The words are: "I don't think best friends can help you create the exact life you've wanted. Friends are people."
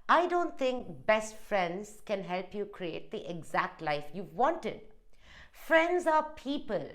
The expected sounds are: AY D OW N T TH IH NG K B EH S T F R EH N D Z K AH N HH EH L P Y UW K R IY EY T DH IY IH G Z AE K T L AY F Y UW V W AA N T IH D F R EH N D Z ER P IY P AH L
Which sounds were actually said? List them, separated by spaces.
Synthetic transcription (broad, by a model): AY D OW N T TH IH NG K B EH S T F R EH N D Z K AH N HH EH L P Y UW K R IY EY T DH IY IH G Z AE K T L AY F Y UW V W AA N T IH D F R EH N D Z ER P IY P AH L